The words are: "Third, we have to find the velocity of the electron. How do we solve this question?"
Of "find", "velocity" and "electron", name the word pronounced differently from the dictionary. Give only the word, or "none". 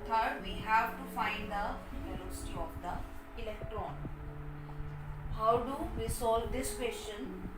velocity